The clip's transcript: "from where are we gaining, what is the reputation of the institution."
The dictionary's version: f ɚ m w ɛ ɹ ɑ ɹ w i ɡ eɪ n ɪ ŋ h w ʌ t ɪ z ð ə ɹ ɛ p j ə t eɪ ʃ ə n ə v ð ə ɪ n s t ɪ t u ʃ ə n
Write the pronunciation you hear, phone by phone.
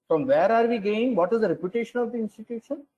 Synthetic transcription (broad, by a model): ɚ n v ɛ ɹ ɑ ɹ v i ɡ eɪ ɪ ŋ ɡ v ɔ t ɪ z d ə ɹ ɛ p j ə t eɪ ʃ ə n ə v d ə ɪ n s t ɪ t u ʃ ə n